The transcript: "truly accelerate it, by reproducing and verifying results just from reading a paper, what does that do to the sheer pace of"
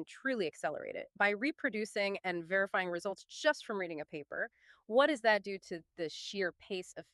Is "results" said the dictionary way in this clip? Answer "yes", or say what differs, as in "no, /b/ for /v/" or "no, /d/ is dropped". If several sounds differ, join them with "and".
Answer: yes